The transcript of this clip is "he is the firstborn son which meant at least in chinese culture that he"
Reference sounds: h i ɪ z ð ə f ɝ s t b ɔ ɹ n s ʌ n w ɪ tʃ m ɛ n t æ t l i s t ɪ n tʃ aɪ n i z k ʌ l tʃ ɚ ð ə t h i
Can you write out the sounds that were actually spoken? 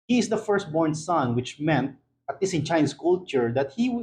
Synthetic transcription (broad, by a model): h i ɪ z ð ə f ɝ s t b ɔ ɹ n s ʌ n w ɪ tʃ m ɛ n t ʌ t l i s ɪ n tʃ aɪ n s k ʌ l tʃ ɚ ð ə t h i